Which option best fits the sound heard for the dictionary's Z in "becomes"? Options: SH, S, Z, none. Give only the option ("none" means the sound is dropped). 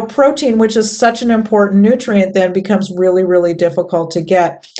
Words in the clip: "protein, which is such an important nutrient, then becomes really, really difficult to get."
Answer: Z